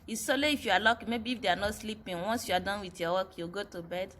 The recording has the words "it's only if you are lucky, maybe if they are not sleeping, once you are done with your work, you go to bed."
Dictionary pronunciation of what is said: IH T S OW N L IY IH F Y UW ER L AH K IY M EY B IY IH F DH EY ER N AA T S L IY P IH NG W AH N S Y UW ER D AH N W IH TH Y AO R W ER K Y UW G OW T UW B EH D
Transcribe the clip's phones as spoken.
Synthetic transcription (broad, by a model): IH S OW L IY IH F Y UW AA L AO K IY M EY B IY IH F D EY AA N AA T S L IY P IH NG W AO N S Y UW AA D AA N W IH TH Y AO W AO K Y UW G OW T UW B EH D